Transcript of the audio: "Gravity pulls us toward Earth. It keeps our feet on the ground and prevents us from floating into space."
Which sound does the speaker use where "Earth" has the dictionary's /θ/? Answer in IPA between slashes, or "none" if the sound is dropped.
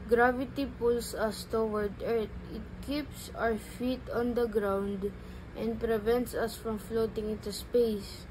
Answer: /t/